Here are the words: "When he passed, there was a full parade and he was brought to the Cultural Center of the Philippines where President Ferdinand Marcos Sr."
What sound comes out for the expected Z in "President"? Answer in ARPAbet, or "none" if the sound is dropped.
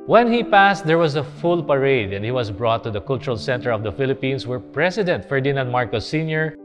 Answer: S